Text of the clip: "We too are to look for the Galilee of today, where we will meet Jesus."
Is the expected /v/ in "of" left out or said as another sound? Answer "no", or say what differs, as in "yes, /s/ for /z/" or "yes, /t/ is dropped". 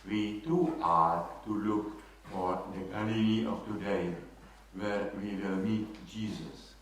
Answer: yes, /f/ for /v/